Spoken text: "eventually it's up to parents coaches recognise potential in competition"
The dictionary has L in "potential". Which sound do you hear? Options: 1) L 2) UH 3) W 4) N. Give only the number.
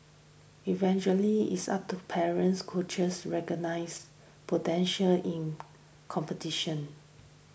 1